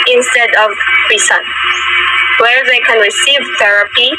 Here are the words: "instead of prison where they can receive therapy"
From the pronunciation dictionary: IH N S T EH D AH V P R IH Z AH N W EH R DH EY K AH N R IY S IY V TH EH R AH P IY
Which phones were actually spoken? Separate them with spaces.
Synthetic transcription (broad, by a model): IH N S T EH D AH V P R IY S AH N W EH R DH EY K AH N R IY S IY V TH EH R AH P IY